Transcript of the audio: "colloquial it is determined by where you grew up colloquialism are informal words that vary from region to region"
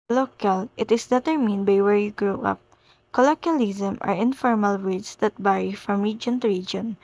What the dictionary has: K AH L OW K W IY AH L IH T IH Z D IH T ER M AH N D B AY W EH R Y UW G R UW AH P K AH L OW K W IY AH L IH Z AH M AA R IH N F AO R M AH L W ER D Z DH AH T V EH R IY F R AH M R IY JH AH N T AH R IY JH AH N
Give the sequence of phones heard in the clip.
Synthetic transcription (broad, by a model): L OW K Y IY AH L IH T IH S D IH T ER M AH N D B AY W EH R Y UW G R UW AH P K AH L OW K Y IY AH L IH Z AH M AA R IH N F AO R M AH L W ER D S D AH T B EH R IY F R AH M R IY JH AH N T R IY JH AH N